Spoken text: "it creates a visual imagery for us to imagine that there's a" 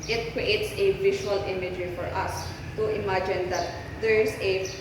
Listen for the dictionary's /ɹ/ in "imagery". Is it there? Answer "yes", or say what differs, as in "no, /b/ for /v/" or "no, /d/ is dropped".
no, /ɹ/ is dropped